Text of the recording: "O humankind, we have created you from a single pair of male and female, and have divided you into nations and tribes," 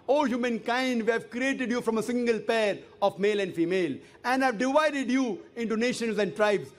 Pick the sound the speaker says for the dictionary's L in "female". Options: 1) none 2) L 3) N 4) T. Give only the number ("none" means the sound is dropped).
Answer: 2